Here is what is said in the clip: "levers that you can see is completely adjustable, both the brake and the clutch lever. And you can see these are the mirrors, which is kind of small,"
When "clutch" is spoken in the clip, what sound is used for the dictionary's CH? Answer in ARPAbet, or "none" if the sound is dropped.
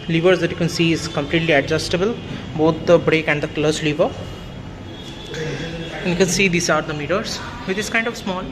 S